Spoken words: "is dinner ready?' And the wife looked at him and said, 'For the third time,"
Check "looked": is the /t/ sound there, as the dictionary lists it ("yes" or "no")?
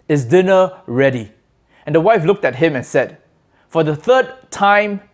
yes